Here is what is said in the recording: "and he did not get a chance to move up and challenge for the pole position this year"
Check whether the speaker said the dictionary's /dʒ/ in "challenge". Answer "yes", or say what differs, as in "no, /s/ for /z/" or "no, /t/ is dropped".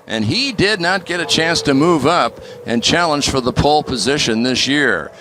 no, /ʒ/ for /dʒ/